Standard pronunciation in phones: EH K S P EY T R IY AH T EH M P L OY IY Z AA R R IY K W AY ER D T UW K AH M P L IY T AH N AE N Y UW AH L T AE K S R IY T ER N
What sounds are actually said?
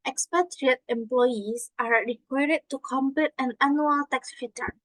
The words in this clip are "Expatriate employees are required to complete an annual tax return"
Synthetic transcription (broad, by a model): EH K S P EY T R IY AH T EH M P L OY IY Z AA R R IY K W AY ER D T UW K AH M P IY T AH N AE N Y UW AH L T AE K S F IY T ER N